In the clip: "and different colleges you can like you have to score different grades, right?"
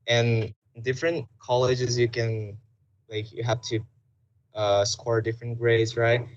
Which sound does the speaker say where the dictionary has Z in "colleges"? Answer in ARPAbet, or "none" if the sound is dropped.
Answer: Z